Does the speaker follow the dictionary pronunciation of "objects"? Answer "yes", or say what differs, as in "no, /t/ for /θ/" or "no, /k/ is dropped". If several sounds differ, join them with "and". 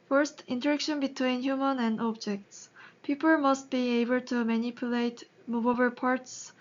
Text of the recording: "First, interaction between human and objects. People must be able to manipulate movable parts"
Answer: yes